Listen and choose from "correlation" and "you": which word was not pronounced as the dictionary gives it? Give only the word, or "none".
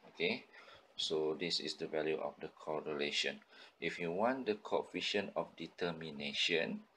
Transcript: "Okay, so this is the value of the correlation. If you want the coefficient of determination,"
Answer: none